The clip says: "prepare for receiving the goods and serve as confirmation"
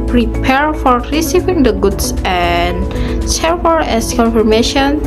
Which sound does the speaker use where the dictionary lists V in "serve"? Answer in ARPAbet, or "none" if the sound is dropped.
none